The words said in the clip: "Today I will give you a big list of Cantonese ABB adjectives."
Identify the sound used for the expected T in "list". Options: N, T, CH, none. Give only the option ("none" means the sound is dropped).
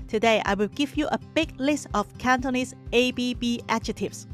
T